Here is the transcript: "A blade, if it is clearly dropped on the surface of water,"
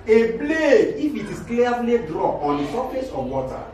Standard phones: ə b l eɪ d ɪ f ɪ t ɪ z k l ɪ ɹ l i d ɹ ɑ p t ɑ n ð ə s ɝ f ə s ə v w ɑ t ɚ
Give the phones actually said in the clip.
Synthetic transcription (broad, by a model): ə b l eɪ ɪ f ɪ t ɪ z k l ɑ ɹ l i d ɹ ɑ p ɑ n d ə s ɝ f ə s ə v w ɑ t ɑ